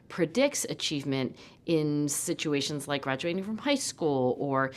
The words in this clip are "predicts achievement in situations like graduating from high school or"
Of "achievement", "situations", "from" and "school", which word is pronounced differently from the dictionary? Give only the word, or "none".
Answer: none